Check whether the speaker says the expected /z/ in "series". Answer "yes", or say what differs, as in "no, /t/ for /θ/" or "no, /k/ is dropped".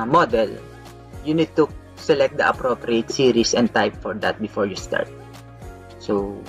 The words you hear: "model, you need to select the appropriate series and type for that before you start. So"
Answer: no, /s/ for /z/